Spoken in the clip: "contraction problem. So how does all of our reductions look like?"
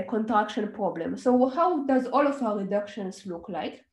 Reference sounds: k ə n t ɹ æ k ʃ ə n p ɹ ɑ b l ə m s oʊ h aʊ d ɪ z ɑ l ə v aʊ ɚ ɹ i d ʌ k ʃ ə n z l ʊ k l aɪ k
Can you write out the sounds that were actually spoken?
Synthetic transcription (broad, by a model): k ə n t ɹ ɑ k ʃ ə n p ɹ ɑ b l ə m s oʊ h aʊ d ɪ z ɑ l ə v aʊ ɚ ɹ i d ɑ k ʃ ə n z l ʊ k l aɪ k